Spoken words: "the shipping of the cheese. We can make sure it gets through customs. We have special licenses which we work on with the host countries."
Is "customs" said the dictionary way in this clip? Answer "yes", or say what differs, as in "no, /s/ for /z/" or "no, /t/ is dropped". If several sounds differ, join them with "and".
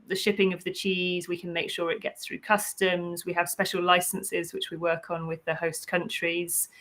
yes